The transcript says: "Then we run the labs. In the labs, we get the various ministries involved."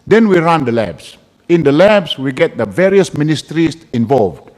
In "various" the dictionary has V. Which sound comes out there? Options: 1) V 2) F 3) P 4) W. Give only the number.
1